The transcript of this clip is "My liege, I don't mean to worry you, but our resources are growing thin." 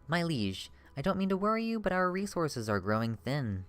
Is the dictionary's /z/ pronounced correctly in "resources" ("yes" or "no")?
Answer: yes